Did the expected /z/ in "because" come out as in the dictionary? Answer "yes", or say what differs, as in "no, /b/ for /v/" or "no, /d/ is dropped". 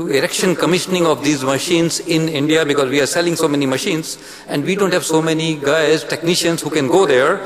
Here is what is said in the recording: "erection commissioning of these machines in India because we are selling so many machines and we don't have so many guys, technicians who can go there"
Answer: yes